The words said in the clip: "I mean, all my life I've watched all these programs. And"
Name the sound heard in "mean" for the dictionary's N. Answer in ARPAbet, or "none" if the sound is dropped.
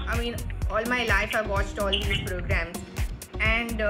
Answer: N